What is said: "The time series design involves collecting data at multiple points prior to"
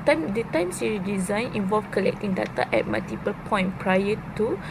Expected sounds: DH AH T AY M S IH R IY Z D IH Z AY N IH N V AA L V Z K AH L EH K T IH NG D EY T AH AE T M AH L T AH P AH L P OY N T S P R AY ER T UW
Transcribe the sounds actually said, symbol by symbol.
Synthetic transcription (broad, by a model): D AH T AY M S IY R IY D IH Z AY N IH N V AA L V K AH L EH K T IH NG D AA T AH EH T M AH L T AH P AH L P OY N P R AY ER T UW